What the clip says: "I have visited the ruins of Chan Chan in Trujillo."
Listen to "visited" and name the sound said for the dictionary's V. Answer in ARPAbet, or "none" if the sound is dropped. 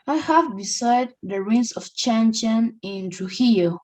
B